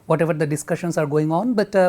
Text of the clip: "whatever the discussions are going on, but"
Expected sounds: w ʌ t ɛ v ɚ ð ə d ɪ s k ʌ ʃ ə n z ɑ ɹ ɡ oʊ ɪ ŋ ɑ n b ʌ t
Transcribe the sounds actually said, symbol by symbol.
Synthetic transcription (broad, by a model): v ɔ t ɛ v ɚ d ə d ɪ s k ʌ ʃ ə n s ɑ ɹ ɡ oʊ ɪ ŋ ɑ n b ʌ t